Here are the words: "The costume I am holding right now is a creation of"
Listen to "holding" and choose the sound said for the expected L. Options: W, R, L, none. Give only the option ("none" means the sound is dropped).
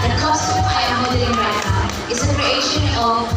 none